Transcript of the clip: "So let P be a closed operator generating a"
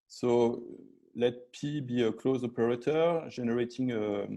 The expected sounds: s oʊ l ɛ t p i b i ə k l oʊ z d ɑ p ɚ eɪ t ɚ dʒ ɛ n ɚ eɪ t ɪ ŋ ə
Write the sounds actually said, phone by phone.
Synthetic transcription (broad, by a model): s oʊ l ɛ t p i b i ə k l oʊ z ɑ p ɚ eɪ t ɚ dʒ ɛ n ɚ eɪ t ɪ ŋ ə